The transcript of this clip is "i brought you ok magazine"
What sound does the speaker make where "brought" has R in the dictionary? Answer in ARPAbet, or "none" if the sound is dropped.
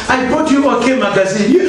none